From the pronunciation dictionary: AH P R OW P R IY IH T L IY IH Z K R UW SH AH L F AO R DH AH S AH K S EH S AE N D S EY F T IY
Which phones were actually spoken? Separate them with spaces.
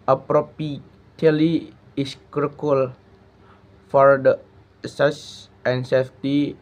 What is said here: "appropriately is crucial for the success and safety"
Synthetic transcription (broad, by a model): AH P R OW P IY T L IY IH S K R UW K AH L F AO R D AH S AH S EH N S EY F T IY